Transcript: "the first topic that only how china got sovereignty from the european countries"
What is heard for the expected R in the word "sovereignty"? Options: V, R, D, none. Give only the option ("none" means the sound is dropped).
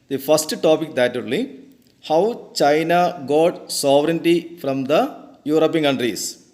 R